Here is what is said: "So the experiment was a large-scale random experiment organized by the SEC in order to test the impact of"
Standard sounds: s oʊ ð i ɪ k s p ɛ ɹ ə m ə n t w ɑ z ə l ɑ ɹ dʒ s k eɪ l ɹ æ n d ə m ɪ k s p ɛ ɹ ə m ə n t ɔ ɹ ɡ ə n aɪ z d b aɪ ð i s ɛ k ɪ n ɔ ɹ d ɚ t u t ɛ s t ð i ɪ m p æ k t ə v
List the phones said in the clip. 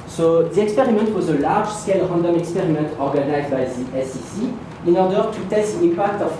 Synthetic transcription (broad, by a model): s oʊ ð i ɪ k s p ɛ ɹ ə m ə n t w ɑ z ə l ɑ ɹ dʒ s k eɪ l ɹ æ n d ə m ɪ k s p ɛ ɹ ə m ə n t ɔ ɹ ɡ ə n aɪ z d b aɪ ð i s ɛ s ɪ n ɔ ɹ d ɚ t u t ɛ s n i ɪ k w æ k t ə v